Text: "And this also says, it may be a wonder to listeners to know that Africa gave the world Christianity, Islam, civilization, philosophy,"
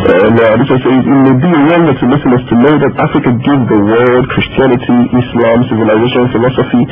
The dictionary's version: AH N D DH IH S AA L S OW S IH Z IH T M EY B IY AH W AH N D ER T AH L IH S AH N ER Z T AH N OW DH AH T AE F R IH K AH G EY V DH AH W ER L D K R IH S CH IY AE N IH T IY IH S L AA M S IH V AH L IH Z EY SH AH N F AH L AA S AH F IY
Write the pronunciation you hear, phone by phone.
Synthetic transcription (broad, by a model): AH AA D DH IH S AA S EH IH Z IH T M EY B IY AH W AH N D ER T AH L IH S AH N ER S T AH N OW DH AH T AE F R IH K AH G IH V DH AH W ER L D K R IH S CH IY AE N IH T IY IH S L AA M S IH V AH L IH Z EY SH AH N F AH L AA S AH F IY